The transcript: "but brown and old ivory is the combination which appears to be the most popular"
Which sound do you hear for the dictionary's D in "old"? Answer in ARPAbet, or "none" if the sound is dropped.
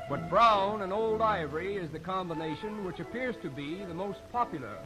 D